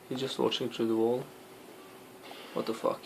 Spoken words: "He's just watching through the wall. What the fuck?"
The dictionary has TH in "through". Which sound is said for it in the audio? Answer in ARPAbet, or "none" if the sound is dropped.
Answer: T